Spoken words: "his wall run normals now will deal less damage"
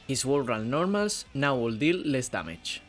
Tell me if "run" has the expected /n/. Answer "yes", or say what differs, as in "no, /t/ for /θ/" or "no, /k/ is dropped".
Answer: no, /l/ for /n/